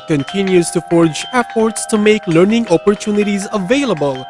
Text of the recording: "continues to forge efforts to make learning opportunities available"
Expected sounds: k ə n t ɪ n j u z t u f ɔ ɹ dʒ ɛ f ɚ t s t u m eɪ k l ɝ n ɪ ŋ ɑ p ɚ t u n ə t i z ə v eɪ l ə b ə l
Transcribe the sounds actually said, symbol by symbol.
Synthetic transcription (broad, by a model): k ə n t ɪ n j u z t u f ɔ ɹ dʒ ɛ p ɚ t s t u m eɪ k l ɝ n ɪ ŋ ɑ p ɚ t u n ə t i z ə v eɪ l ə b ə l